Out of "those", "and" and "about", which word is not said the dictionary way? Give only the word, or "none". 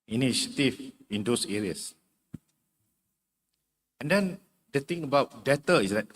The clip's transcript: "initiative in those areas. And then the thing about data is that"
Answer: those